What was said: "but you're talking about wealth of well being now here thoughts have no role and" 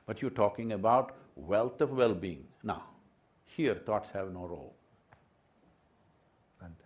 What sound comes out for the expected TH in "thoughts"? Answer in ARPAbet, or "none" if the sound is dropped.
T